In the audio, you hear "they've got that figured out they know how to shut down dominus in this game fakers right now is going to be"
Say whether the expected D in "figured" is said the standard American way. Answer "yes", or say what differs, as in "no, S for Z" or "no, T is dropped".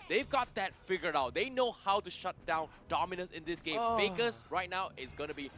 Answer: no, D is dropped